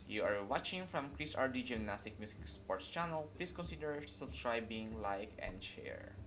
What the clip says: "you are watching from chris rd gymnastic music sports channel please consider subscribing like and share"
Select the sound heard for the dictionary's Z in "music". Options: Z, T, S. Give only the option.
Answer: S